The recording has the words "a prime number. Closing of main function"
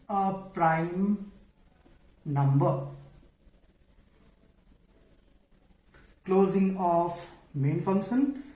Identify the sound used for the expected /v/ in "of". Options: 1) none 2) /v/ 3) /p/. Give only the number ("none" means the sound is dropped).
3